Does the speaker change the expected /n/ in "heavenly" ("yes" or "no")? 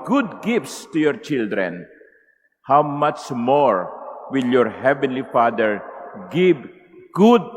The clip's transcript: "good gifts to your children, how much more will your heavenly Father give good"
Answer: no